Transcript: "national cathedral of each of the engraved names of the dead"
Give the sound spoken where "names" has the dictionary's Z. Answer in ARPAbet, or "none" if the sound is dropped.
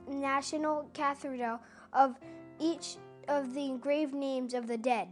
Z